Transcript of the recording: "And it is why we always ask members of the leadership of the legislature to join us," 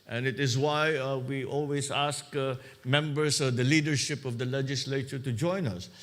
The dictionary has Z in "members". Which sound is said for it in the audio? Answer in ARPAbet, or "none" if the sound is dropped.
S